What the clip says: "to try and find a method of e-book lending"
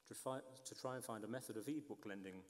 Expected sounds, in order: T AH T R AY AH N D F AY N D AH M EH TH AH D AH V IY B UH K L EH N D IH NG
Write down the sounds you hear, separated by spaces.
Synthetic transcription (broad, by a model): T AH T R AY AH N F AY N D AH M EH TH AH D AH V IY B UH K L EH N D IH NG